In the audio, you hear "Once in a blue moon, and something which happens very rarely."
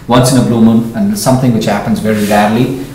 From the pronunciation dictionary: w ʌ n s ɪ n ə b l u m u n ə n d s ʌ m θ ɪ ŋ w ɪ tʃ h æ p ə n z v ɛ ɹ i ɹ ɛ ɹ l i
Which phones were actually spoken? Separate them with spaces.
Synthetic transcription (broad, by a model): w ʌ n s ɪ n ə b l u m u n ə n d s ʌ m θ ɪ ŋ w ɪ tʃ h æ p ə n z v ɛ ɹ i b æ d l i